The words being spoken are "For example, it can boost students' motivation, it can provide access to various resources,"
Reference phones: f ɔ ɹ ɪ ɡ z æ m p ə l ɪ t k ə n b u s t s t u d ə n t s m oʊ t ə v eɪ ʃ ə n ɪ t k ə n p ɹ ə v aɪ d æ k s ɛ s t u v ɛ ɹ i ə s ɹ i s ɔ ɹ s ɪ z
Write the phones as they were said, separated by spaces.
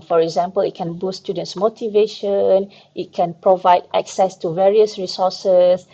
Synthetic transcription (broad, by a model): f ɔ ɹ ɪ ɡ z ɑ m p ə l ɪ t k ə n b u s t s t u d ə n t s m oʊ t ə v eɪ ʃ ə n ɪ t k ə n p ɹ ə v aɪ d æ k s ɛ s t u v ɛ ɹ i ə s ɹ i s ɔ s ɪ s